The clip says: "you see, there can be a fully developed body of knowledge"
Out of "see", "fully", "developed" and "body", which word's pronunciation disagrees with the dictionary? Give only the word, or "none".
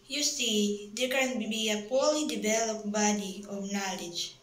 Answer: fully